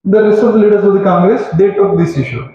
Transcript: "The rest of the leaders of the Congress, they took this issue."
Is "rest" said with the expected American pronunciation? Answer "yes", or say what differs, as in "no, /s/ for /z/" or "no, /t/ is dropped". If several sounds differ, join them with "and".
no, /t/ is dropped